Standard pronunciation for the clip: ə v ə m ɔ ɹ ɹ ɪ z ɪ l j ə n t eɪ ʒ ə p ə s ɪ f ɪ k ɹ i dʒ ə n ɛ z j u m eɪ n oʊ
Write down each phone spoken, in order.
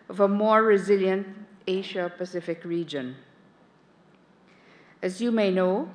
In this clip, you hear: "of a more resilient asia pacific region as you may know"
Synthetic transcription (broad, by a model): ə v ə m ɔ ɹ ɹ ɪ z ɪ l j ə n t eɪ ʃ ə p ə s ɪ f ɪ k ɹ i dʒ ə n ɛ z j u m eɪ n oʊ